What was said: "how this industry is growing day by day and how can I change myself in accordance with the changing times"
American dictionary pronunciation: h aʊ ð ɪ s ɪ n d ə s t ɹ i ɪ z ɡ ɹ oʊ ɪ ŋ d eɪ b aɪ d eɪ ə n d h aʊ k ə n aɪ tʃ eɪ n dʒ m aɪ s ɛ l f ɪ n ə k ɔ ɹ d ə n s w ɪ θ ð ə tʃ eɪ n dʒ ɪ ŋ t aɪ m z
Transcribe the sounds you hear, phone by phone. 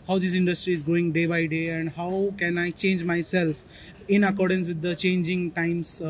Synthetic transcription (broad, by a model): h aʊ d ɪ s ɪ n d ə s t ɹ i ɪ z ɡ oʊ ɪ ŋ d eɪ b aɪ d eɪ ə n d h aʊ k ə n aɪ tʃ eɪ n dʒ m aɪ s ɛ l f ɪ n ə k ɔ ɹ d ə n s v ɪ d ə tʃ eɪ n dʒ ɪ ŋ t aɪ m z